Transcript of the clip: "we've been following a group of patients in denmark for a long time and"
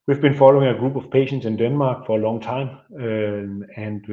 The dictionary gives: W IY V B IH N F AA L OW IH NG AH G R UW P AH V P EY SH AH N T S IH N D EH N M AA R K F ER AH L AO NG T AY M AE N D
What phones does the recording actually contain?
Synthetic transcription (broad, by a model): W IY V B IH N F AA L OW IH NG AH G R UW B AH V P EY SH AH N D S IH N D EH N M AA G F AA AH L AO NG S AY M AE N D